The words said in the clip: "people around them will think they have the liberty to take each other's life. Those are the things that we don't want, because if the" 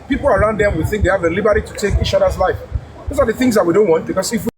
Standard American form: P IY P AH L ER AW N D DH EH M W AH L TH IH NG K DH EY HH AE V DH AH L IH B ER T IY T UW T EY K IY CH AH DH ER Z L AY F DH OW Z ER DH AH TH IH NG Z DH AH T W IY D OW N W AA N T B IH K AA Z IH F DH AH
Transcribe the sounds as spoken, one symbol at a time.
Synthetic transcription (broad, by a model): P IY P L ER AW N D DH EH M W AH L TH IH NG K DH EY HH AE V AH L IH B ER T IY T UW T EY K IY CH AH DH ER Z L AY F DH OW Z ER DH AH TH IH NG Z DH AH T W IY D OW N W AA N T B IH K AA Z IH F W